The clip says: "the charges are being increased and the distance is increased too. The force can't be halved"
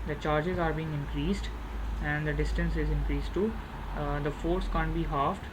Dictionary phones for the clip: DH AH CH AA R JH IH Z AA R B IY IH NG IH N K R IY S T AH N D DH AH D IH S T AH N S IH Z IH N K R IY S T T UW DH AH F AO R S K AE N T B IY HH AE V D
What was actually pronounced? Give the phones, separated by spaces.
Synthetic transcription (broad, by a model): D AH CH AA R JH IH Z AA R B IY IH NG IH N K R IY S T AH N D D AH D IH S T AH N S IH Z IH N K R IY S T T UW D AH F AO R S K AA N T B IY HH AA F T